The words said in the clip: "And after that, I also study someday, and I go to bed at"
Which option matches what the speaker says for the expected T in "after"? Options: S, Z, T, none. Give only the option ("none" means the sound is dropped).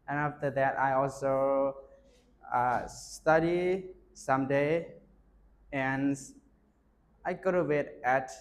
T